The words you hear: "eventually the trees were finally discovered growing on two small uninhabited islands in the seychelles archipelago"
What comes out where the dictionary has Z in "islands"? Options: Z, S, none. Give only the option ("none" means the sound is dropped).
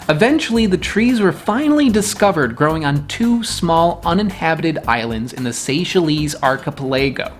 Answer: Z